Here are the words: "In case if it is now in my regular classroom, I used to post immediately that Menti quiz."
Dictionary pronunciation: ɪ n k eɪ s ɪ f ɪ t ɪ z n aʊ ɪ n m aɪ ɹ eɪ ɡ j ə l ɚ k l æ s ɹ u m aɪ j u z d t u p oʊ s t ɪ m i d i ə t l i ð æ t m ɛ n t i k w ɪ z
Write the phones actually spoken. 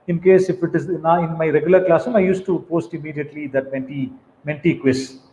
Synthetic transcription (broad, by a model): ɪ n k eɪ s ɪ f ɪ t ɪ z n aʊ ɪ n m aɪ ɹ eɪ ɡ j ə l ɚ k l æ s u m aɪ j u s t u p oʊ s t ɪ m i d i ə t l i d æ t m ɛ n t i k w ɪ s